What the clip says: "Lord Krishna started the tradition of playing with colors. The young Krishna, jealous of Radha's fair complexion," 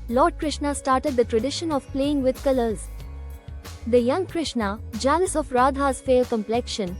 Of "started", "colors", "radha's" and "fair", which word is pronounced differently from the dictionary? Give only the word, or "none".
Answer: fair